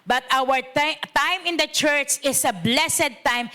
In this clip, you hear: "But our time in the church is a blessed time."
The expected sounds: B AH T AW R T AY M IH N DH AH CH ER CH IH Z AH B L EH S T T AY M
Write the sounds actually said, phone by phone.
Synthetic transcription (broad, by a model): B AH T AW R T AY M IH N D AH CH ER CH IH S AH B L EH S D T AY M